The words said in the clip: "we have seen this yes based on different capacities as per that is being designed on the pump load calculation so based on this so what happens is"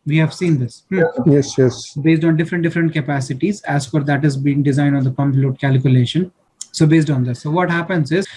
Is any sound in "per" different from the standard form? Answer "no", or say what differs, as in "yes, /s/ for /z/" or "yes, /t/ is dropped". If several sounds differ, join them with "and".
yes, /f/ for /p/